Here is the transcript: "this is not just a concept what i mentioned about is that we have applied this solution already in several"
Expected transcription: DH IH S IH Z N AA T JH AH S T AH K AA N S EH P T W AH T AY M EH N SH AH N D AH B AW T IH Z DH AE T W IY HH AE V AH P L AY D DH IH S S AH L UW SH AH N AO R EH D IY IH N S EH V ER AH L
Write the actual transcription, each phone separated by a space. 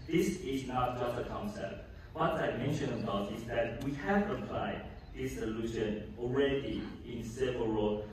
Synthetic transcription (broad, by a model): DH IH S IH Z N AA T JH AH S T AH K AA N S EH P T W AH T AY M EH N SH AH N AH B AW T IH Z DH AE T W IY HH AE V AH P L AY D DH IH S S AH L UW SH AH N AO R EH D IY IH N S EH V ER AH